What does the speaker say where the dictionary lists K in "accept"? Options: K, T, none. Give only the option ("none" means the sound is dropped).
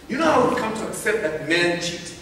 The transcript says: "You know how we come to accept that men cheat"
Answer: K